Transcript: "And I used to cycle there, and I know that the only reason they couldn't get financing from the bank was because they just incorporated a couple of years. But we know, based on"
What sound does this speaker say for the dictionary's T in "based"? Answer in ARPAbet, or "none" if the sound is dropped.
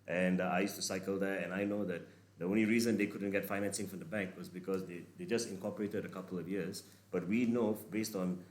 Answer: T